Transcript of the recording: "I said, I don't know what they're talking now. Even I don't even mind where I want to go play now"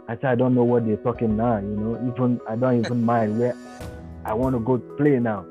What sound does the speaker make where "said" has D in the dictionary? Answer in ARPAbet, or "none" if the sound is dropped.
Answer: none